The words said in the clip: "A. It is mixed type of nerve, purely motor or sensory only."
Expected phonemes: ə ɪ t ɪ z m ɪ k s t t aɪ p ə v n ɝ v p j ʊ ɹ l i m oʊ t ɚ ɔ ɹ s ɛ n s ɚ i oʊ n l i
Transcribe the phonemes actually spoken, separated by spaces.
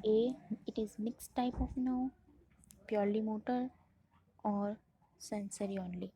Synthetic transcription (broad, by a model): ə ɪ t ɪ z m ɪ k s t t aɪ p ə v n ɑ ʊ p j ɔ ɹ l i m oʊ t ɚ ɔ ɹ s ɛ n s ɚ i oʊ n l i